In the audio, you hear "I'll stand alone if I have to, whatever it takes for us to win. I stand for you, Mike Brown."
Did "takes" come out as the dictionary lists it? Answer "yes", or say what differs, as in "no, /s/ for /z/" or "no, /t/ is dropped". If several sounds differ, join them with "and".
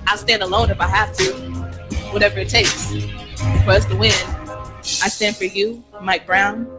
yes